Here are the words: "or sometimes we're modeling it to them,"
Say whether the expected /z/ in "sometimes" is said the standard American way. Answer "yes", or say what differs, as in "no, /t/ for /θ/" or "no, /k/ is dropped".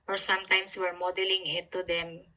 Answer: no, /s/ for /z/